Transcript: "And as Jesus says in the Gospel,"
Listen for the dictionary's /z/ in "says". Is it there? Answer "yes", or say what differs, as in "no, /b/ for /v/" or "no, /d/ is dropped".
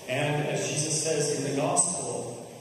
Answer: yes